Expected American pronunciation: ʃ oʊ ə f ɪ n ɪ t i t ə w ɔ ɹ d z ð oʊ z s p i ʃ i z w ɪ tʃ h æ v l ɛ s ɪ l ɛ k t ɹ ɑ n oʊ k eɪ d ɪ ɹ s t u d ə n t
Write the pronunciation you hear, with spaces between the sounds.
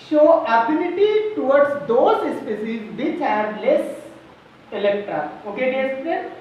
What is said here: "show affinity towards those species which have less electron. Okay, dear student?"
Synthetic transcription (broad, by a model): ʃ oʊ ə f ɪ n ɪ t i t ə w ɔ ɹ d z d oʊ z s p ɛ s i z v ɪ tʃ h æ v l ɛ s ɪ l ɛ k t ɹ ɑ oʊ k eɪ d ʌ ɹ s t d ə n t